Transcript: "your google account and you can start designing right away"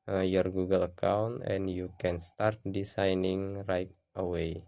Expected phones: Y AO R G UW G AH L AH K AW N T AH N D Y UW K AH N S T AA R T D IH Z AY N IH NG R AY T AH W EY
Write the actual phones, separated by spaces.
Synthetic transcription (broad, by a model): Y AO R G UW G AH L AH K AW N T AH N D Y UW K AH N S T AA R T D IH S AY N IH NG R AY T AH W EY